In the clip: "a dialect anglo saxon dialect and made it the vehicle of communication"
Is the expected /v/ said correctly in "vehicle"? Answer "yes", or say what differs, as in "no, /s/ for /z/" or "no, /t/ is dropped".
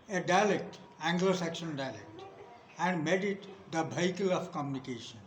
no, /b/ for /v/